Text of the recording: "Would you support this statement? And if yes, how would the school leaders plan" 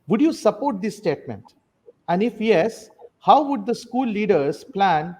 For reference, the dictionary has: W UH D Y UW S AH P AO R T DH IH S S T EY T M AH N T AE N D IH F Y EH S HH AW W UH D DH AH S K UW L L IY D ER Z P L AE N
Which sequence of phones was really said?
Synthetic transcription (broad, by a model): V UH D Y UW S AH P AO R T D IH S S T EY T M AH N T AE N D IH F Y EH S HH AW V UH D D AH S K UW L L IY D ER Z P L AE N